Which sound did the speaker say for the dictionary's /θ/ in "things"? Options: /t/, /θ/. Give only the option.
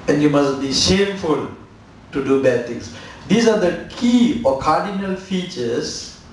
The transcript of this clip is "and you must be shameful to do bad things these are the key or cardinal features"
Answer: /t/